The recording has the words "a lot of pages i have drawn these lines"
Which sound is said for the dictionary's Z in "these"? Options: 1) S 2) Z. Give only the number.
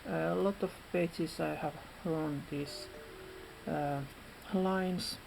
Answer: 1